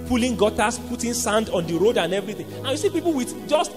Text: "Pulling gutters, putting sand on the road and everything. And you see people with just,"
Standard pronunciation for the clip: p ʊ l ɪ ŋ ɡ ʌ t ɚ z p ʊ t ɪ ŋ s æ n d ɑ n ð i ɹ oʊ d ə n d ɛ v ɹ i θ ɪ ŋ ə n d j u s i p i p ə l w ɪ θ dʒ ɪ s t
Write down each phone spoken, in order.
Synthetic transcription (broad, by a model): p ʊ l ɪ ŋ ɡ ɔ t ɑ s p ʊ t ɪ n s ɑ n d ɑ n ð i ɹ oʊ d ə n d ɛ v ɹ i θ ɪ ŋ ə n j u s i p i p l w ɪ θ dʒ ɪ s t